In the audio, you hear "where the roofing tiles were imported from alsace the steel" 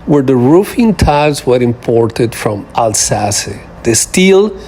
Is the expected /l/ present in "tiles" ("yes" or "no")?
no